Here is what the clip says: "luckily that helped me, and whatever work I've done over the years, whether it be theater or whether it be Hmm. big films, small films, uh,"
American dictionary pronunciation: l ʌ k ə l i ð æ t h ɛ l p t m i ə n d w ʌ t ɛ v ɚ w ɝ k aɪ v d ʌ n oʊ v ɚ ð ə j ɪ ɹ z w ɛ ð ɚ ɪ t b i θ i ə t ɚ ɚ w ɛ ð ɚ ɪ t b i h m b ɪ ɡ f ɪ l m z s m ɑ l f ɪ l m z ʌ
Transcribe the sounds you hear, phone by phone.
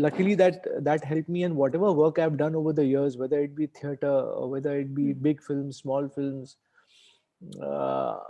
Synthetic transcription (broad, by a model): l ʌ k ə l i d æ t h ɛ l p m i ə n d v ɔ t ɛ v ɚ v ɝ k aɪ v d ʌ n oʊ v ɚ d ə j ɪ ɹ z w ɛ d ɚ ɪ t b i t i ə t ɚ ɚ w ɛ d ɚ ɪ t b i b ɪ ɡ f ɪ l m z s m ɑ l f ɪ l m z